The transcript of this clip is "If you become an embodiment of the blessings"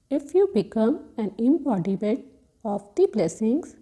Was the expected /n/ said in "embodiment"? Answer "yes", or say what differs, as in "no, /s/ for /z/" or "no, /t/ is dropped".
no, /n/ is dropped